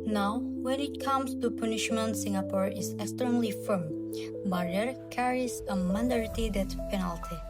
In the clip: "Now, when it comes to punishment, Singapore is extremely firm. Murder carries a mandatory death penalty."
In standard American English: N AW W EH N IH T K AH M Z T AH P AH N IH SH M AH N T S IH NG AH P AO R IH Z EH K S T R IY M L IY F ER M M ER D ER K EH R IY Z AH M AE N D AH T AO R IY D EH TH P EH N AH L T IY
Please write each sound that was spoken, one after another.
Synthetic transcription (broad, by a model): N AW W EH N IH T K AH M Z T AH P AH N IH SH M AH N T S IH NG AH P AO R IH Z EH K S T R IY M L IY F ER M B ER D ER K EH R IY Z AH M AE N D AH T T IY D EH T P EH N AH L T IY